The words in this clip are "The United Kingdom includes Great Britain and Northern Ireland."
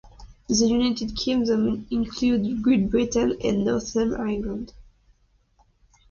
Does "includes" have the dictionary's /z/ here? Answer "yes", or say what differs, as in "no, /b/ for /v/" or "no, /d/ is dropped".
no, /z/ is dropped